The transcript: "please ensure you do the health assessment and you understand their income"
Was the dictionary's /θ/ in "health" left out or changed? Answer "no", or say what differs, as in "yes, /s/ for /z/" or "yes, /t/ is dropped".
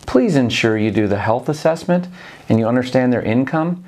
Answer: no